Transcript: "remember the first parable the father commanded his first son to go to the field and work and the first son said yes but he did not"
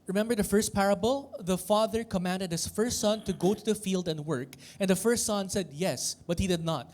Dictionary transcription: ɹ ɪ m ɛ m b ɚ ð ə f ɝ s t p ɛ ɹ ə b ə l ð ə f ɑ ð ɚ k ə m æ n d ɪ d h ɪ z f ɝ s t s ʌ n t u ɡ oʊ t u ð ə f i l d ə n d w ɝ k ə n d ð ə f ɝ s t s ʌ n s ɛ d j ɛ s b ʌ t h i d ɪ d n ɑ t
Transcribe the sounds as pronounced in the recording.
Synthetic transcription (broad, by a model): ɹ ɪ m ɛ m b ɚ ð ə f ɝ s t p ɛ ɹ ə b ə l ð ə f ɑ ð ɚ k ə m æ n d ɪ d h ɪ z f ɝ s t s ʌ n t u ɡ oʊ t u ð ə f i l d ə n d w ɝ k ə n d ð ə f ɝ s t s ʌ n s ɛ d j ɛ s b ʌ t h i d ɪ d n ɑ t